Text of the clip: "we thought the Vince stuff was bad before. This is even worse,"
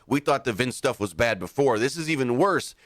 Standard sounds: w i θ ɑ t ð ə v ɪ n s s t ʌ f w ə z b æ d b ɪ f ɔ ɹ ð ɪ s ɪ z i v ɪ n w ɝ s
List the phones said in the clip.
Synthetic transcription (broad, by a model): w i θ ɑ t ð ə v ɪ n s s t ʌ f w ə z b æ d b ɪ f ɔ ɹ ð ɪ s ɪ z i v ɪ n w ɝ s